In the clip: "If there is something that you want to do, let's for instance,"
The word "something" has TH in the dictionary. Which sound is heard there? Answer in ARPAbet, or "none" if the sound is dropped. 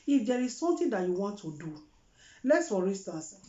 T